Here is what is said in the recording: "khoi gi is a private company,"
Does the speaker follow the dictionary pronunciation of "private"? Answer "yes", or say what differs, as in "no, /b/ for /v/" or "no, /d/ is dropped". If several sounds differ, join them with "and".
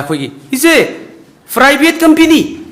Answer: no, /b/ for /v/